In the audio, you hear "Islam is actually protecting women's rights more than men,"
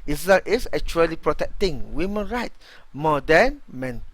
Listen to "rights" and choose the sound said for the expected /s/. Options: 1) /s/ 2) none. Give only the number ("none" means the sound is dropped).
2